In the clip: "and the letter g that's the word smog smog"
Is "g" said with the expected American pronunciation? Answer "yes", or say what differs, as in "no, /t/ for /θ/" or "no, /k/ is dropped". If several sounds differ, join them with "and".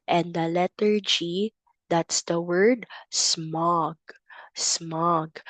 yes